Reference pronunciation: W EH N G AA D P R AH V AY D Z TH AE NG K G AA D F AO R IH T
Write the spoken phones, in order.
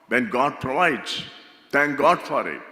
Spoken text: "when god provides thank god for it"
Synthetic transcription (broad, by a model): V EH N G AA D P R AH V AY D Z T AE NG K G AA D F AO R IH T